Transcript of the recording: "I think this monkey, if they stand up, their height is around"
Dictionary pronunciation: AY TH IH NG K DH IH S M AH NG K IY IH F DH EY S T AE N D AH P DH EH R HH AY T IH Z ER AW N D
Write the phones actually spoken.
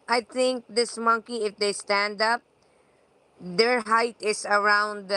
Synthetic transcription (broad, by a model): AY T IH NG K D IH S M AH NG K IY IH F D EY S T AE N D AH P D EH R HH AY T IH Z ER AW N D